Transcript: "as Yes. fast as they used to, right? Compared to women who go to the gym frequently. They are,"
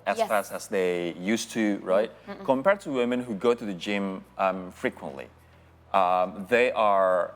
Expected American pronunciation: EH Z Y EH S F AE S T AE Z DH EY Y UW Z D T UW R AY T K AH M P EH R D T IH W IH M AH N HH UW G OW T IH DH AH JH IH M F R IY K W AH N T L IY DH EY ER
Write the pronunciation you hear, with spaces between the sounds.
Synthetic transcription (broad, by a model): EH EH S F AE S AE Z DH EY Y UW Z T UW R AY T K AH M P EH R D T IH W IH M AH N HH UW G OW T IH DH AH JH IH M F R IY K W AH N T L IY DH EY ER